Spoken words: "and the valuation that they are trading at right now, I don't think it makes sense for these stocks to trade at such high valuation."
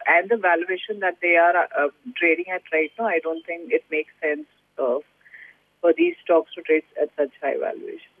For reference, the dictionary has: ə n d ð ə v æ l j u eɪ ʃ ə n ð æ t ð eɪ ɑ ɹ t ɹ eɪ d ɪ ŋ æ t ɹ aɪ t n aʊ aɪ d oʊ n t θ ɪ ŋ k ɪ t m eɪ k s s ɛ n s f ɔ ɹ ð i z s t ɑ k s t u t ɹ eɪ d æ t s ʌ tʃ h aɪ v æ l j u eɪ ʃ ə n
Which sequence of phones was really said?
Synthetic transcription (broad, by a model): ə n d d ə v æ l j u eɪ ʃ ə n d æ t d eɪ ɑ ɹ t ɹ eɪ d ɪ ŋ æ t ɹ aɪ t n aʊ aɪ d oʊ n t t ɪ ŋ k ɪ t m eɪ k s s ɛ n s f ɔ ɹ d i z s t ɑ k s t u t ɹ eɪ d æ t s ʌ tʃ h aɪ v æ l j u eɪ ʃ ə n